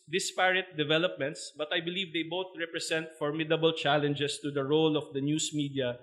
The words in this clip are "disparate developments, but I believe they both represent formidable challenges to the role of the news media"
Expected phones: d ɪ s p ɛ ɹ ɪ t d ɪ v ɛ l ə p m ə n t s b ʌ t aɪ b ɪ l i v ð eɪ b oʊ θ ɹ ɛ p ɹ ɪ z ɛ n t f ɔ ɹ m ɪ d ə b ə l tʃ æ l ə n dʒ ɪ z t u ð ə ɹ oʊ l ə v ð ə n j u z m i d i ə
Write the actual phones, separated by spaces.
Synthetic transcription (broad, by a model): d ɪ s p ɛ ɹ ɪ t d ɪ v ɛ l ə p m ə n t s b ʌ t aɪ b ɪ l i v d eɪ b oʊ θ ɹ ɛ p ɹ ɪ s ɛ n t f ɔ ɹ m ɪ d ə b ə l tʃ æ l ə n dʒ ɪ s t u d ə ɹ oʊ l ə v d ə n j u s m i d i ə